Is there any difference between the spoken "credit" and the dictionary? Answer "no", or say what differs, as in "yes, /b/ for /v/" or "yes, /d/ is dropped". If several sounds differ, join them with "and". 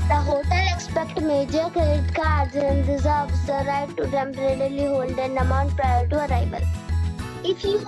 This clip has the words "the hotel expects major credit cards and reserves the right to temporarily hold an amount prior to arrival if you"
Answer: yes, /ɹ/ is dropped